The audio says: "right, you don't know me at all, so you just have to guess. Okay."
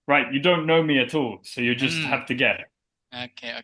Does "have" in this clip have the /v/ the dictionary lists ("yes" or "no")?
no